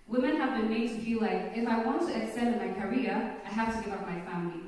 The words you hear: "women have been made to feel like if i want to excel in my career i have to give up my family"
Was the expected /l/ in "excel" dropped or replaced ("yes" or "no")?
yes